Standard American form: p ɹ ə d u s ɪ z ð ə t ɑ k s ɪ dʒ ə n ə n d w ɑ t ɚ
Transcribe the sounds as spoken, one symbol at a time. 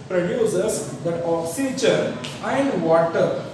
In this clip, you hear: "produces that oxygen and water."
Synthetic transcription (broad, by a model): p ɹ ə d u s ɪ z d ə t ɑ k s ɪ tʃ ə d ə n d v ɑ t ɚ